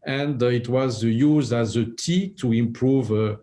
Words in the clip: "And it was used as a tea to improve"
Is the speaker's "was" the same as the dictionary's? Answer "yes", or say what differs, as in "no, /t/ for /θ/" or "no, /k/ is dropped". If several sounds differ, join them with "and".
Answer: yes